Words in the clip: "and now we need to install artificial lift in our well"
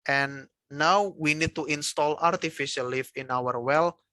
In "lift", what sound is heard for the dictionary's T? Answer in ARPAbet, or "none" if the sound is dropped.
none